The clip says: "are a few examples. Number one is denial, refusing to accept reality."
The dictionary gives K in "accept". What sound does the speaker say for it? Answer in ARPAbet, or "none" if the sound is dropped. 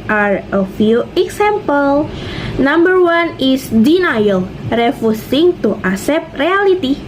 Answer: none